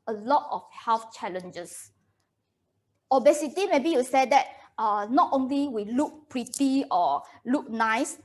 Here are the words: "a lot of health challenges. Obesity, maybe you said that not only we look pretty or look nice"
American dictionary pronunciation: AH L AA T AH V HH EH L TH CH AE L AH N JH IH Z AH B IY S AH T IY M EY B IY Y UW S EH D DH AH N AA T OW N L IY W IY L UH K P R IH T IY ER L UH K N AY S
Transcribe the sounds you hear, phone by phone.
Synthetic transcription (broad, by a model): AH L AA T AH F HH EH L F CH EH L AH N JH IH S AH B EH S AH T IY M EY B IY Y UW S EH D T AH N AA T OW N L IY W IY L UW K P R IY T IY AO L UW K N AY S